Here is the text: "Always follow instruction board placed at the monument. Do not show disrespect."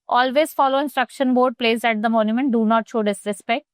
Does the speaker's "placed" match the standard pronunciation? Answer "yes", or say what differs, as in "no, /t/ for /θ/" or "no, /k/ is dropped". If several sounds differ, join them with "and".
no, /t/ is dropped